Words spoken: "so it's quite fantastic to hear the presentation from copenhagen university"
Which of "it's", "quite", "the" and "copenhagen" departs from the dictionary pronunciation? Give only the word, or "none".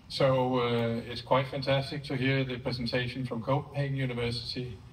copenhagen